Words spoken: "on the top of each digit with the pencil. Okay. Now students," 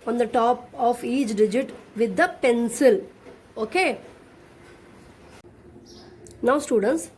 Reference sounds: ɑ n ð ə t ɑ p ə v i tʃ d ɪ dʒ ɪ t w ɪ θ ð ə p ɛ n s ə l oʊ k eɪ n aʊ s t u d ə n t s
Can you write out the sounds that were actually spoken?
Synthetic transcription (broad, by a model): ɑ n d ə t ɑ p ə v i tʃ d ɪ dʒ ɪ t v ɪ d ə p ɛ n s ə l oʊ k eɪ n aʊ s t u d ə n t s